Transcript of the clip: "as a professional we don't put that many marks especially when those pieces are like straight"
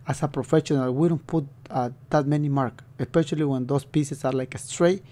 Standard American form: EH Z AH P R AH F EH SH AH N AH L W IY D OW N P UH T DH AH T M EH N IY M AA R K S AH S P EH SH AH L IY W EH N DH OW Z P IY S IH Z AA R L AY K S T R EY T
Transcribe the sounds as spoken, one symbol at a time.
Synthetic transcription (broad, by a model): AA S AH P R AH F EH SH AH N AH L W IY D OW N P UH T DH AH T M EH N IY M AA R K AH S P EH SH AH L IY W EH N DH OW S P IY S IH S AA R L AY K S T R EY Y